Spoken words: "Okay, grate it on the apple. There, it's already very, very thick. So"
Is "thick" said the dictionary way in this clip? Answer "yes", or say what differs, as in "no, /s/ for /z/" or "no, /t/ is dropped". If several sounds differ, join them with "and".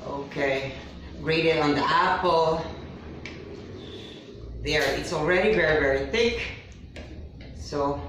yes